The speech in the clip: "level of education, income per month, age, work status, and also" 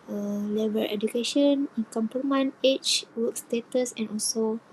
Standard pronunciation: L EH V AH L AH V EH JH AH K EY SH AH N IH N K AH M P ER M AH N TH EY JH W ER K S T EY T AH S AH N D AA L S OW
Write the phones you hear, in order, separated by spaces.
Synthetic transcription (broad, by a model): L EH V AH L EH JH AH K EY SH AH N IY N K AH M P ER M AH N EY CH W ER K S T EY T AH S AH N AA L S OW